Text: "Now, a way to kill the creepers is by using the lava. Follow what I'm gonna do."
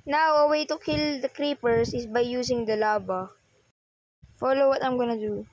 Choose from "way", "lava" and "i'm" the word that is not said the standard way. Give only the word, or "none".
lava